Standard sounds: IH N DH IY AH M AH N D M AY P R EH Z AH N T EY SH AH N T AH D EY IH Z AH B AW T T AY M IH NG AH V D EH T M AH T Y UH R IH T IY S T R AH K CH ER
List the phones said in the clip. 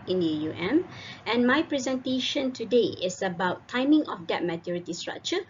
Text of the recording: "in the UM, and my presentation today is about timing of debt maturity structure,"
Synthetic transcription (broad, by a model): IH N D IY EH M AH N M AY P R EH Z AH N T EY SH AH N T AH D EY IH S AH B AW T T AY M IH NG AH F D EH T M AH T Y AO R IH T IY S T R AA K CH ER